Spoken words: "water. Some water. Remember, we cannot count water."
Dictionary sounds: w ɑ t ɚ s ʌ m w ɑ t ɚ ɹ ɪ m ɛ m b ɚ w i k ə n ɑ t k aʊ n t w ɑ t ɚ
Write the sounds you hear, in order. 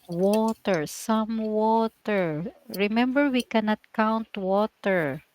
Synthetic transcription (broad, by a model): w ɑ t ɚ s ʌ m w ɑ t ɚ ɹ ɪ m ɛ m b ɚ w i k ə n ɑ t k aʊ n t w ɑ t ɚ